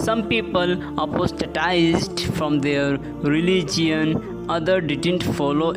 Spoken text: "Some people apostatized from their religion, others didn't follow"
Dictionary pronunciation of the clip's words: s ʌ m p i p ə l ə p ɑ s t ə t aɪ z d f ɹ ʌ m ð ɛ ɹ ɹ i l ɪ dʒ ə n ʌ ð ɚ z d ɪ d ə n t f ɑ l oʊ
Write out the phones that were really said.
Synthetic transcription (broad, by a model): s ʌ m p i p ə l ə p ɑ s t ə t aɪ z d f ɹ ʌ m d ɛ ɹ ɹ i l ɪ dʒ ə n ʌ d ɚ d ɪ d ə n t f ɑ l oʊ